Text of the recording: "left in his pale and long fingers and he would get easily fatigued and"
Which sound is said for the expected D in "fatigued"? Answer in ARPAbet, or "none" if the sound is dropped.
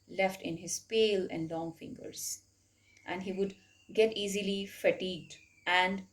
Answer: D